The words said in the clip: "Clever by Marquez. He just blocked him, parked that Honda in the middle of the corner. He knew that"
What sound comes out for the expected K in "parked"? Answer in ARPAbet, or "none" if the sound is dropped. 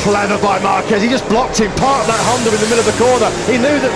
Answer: none